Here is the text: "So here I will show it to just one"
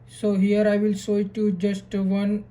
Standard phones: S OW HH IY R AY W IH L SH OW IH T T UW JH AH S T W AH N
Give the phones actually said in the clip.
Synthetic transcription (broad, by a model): S OW HH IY R AY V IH L S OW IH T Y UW JH AH S T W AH N